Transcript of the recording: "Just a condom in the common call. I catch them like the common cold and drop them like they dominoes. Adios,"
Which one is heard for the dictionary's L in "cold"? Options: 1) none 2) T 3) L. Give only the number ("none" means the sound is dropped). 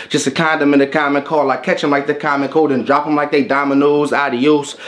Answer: 1